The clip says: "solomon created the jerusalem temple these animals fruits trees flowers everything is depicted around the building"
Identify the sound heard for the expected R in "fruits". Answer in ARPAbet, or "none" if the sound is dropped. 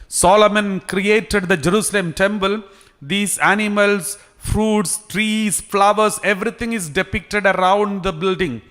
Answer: R